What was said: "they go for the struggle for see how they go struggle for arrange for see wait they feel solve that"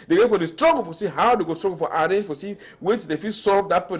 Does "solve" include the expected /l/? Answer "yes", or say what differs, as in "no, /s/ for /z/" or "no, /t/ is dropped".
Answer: no, /l/ is dropped